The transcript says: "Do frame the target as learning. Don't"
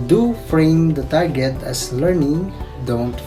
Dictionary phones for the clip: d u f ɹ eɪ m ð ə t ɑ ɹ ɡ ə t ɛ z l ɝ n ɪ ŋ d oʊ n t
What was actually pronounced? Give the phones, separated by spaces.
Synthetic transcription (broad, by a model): d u f ɹ eɪ m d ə t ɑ ɹ ɡ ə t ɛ s l ɝ n ɪ ŋ d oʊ n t